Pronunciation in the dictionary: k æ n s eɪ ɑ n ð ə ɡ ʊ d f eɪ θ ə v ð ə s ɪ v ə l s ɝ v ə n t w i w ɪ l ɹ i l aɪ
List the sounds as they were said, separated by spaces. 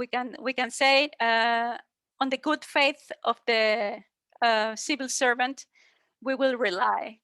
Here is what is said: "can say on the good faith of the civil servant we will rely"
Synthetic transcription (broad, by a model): k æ n s eɪ ɑ n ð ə ɡ ʊ d f eɪ θ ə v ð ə s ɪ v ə l s ɝ v ə n t w i w ɪ l ɹ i l aɪ